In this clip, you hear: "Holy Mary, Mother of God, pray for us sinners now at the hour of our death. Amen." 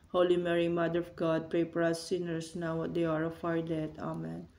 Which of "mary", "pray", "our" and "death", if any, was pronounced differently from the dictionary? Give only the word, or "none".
death